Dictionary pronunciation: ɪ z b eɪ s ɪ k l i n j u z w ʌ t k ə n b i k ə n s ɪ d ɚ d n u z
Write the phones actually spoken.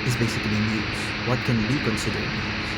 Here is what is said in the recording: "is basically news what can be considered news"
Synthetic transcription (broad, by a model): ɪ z b eɪ s ɪ k l i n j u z w ʌ t k ə n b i k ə n s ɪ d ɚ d